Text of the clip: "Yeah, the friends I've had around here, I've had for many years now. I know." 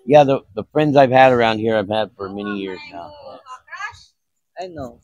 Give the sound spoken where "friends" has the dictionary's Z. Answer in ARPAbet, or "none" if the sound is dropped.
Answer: Z